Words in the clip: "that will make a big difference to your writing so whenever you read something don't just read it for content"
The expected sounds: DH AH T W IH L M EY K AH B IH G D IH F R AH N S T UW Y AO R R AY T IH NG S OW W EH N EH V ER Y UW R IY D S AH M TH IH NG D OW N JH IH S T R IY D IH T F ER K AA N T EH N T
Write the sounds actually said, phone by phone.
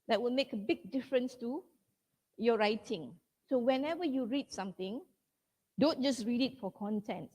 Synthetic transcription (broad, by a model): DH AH T W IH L M EY K AH B IH G D IH F R AH N S T UW Y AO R R AY T IH NG S OW W EH N EH V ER Y UW R IY D S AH M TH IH NG D OW N JH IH S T R IY D IH T F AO K AA N T EH N T